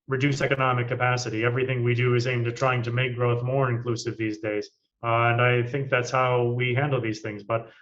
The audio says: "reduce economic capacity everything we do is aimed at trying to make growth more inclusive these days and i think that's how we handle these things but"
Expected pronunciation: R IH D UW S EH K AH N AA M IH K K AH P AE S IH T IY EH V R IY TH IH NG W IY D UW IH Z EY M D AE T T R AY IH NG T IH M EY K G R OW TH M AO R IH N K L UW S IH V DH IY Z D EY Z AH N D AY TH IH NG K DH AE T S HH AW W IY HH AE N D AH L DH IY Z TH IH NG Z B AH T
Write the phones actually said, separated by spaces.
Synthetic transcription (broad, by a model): R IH D UW S EH K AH N AA M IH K K AH P AE S IH T IY EH V R IY TH IH NG W IY D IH IH Z EY M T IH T T R AY IH NG T IH M EY K G R OW TH M AO R IH N K L UW S IH V DH IY Z D EY Z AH N AY TH IH NG K DH AE T S HH AW W IY HH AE N D L DH IY Z TH IH NG Z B AH T